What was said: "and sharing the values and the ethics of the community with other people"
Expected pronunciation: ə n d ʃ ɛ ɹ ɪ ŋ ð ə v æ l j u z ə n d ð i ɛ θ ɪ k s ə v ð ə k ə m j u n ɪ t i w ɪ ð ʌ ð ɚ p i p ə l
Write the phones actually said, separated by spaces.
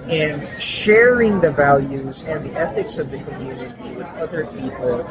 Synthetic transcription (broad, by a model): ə n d ʃ ɛ ɹ ɪ ŋ ð ə v æ l j u z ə n ð i ɛ θ ɪ k s ə v ð ə k ə m j u n ɪ t i w ɪ ð ʌ ð ɚ p i p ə l